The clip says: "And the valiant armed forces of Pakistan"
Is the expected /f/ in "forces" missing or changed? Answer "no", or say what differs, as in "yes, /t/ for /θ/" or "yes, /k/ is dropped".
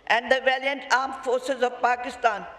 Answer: no